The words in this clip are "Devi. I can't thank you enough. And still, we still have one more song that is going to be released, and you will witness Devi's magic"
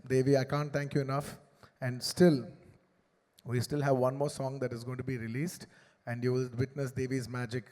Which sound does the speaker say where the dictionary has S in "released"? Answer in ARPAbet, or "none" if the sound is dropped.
S